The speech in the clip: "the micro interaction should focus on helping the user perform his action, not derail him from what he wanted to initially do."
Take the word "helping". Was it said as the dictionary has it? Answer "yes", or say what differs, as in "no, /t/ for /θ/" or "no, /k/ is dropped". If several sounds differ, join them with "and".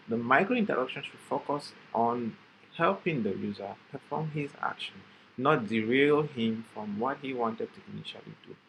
yes